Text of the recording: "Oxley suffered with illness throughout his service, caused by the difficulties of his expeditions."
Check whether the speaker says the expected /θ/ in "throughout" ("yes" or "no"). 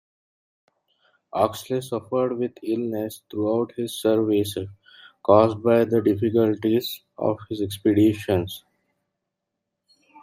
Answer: no